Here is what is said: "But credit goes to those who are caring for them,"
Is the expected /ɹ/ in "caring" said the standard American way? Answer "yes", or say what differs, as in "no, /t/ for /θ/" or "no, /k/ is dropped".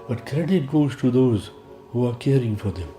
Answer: yes